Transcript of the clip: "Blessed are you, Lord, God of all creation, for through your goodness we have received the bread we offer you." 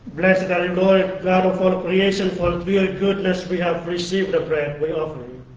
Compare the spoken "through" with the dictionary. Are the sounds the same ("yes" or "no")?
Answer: no